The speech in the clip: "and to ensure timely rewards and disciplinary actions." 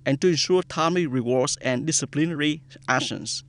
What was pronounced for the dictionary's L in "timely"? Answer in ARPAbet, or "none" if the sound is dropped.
none